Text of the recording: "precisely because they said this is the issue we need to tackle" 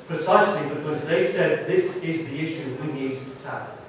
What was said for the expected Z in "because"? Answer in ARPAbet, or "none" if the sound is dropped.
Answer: Z